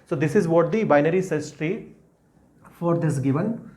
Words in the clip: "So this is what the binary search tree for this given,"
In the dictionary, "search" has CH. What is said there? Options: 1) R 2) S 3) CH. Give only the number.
2